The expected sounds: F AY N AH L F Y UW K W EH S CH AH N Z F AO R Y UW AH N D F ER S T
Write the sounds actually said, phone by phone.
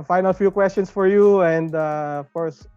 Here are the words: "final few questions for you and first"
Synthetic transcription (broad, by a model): F AY N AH L F Y UW K W EH S CH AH N S F AO R Y UW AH N D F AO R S